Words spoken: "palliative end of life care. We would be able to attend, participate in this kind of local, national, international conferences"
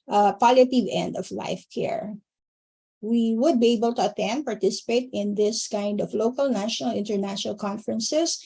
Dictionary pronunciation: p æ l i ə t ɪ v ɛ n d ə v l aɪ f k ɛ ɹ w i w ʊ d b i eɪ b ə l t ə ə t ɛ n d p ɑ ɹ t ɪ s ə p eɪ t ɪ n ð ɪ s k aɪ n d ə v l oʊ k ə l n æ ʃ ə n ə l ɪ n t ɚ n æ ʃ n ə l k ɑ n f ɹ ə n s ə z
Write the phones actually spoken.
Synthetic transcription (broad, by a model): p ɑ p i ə t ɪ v ɛ n d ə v l aɪ f k ɛ ɹ w i w ʊ d b i eɪ b ə l t ə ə t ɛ n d p ɑ ɹ t ɪ s ə p eɪ t ɪ n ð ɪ s k aɪ n d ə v l oʊ k ə l n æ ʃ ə n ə l ɪ n t ɚ n æ ʃ n ə l k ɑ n f ɹ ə n s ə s